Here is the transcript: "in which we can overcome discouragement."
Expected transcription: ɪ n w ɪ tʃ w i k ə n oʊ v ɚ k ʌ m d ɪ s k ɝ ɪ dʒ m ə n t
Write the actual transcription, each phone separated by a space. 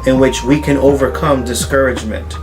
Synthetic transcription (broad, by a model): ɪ n w ɪ tʃ w i k ə n oʊ v ɚ k ʌ m d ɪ s k ɝ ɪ dʒ m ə n t